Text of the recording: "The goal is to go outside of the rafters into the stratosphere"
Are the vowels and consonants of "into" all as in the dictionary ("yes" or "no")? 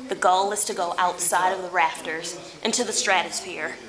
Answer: yes